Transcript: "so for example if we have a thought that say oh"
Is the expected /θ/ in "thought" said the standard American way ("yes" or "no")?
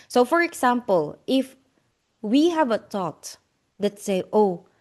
no